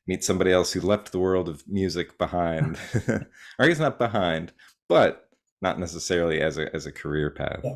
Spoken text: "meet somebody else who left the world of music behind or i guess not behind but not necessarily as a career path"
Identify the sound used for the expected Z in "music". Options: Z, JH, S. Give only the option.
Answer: Z